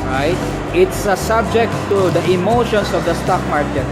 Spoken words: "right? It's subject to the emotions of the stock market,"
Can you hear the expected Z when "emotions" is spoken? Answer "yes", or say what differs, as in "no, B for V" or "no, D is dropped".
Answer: no, S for Z